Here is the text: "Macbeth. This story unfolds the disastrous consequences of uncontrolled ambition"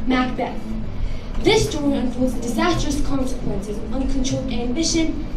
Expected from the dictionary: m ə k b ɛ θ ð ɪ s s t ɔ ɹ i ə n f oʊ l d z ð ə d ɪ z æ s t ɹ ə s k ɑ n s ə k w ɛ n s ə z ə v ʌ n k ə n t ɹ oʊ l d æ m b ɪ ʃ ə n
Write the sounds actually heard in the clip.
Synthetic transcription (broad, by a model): m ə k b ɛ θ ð ɪ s s t ɔ ɹ i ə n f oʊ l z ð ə d ɪ z æ s t ɹ ə s k ɑ n s ə k w ɛ n s ə z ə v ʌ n k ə n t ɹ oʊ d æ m b ɪ ʃ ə n